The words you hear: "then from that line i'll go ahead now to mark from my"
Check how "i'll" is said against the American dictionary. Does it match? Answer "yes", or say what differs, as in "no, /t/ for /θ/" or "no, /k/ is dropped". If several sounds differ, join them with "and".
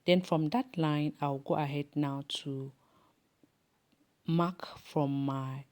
no, /w/ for /l/